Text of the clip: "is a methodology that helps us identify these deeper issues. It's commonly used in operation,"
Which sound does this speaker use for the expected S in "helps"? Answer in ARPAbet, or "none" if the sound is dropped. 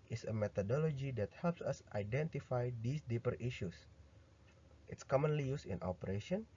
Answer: S